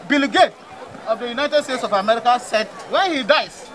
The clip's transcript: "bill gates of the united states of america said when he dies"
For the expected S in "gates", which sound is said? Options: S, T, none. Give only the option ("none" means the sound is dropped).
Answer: none